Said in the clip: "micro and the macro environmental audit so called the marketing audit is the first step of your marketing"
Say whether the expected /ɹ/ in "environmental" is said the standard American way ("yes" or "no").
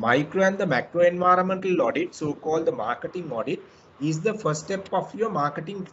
yes